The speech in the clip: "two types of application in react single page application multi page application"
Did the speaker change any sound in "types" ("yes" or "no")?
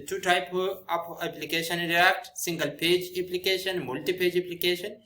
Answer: yes